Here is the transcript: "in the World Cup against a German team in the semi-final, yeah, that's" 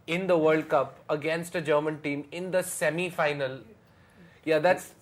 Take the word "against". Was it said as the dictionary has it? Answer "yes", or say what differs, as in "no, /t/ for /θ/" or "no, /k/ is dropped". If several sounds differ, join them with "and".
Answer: yes